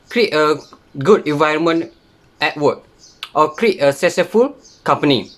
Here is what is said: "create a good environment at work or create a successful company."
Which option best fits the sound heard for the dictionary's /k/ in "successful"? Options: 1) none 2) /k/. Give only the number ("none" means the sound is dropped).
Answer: 1